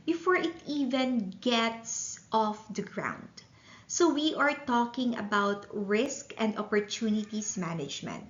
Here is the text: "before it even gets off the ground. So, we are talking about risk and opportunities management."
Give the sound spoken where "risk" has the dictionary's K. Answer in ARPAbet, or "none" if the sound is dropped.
K